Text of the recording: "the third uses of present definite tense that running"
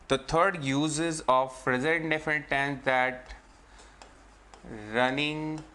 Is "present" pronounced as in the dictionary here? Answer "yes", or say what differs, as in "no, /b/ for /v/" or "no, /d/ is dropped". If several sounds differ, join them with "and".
no, /n/ is dropped